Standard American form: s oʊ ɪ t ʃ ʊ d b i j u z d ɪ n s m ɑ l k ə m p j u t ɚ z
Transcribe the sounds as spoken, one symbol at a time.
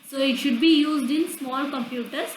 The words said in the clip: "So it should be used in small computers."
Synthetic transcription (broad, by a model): s oʊ ɪ t ʃ ʊ d b i j u z d ɪ n s m ɑ l k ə m p j u t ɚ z